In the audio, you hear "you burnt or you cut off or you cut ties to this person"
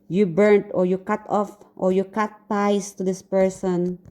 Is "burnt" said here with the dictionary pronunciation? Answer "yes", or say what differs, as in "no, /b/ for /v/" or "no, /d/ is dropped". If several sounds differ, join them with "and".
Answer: yes